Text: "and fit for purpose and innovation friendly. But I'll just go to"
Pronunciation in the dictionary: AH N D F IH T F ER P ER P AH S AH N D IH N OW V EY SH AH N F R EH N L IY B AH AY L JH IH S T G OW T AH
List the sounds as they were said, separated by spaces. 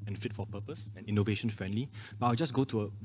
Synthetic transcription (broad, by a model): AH N F IH T F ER P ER P AH S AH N IH N OW V EY SH AH N F R EH N L IY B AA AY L JH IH S G OW T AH